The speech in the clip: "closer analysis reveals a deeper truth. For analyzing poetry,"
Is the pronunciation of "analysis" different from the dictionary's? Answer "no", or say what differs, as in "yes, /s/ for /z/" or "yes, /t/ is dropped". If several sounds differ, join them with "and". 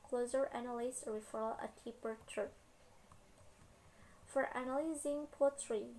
yes, /n/ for /l/